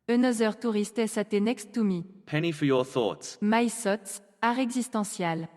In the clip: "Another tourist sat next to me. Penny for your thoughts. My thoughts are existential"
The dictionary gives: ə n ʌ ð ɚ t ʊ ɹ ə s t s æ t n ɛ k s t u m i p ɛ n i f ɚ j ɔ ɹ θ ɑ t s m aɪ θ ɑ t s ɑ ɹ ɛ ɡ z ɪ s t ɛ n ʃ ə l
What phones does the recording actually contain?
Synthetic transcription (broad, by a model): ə n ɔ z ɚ t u ɹ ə s t s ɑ t n ɛ k s t u m i p ɛ n i f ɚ j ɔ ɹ θ ɑ t s m aɪ s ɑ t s ɑ ɹ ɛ ɡ z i s t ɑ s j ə l